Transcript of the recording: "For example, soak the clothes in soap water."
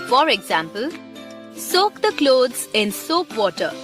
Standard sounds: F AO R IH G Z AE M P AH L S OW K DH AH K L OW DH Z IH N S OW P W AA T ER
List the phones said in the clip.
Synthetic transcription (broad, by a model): F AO R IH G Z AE M P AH L S OW K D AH K L OW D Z IH N S OW P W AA T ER